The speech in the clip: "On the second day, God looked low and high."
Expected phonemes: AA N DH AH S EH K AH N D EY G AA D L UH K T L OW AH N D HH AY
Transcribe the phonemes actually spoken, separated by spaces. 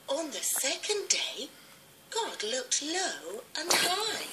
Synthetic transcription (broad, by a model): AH N DH AH S EH K AH N D EY G AA D L UH K T L OW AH N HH AY